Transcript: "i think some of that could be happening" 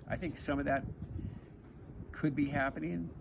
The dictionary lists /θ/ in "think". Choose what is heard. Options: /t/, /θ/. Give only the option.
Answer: /θ/